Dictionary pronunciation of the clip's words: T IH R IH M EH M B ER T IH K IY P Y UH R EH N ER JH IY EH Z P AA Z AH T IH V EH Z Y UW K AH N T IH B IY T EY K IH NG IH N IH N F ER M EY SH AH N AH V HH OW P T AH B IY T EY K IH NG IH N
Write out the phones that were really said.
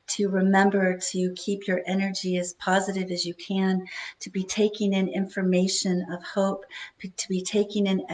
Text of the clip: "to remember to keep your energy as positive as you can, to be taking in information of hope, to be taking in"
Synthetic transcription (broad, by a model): T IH R IH M EH M B ER T IH K IY P Y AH R EH N ER JH IY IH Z P AA Z AH T IH V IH Z Y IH K AH N T IH B IY T EY K IH NG IH N IH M F ER M EY SH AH N AH V HH OW P T AH B IY T EY K IH NG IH N